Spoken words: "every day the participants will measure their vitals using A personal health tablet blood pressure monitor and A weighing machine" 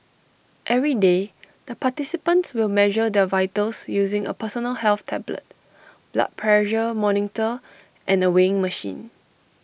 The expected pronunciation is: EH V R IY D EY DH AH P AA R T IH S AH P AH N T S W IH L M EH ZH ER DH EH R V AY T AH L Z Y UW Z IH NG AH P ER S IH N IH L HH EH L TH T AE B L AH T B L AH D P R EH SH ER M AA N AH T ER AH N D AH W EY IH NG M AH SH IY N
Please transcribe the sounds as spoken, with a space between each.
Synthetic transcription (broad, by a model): EH V R IY D EY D AH P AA T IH S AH P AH N T S W IH L M EH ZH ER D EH V AY T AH L S Y UW Z IH NG AH P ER S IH N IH L HH EH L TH T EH B L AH T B L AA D P R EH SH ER M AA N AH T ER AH N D AH W EY IH NG M AH SH IY N